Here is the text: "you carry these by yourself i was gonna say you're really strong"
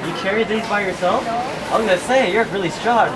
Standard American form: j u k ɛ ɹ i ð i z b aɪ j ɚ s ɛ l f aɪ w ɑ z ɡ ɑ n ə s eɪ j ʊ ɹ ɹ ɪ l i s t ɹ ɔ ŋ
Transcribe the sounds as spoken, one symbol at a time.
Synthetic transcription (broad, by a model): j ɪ k ɛ ɹ i ð i z b aɪ j ɚ s ɛ l f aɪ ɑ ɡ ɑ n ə s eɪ j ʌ ɹ ɹ ɪ l i s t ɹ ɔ